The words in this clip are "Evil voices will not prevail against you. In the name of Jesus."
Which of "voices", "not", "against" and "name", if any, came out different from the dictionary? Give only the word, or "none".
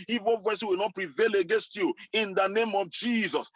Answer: voices